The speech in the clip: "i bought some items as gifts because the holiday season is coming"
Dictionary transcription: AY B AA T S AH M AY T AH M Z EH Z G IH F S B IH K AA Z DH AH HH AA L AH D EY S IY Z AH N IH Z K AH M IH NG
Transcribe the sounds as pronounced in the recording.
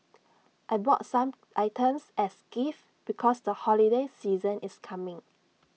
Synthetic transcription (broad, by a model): AY B AA T S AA M AY T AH M S EH S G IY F B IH K AA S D AH HH AA L AH D EY S IY Z AH N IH S K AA M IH NG